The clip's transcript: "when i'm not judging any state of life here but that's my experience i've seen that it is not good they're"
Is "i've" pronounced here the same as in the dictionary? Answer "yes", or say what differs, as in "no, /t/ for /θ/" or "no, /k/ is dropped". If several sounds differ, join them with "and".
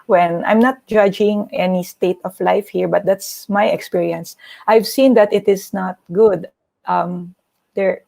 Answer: yes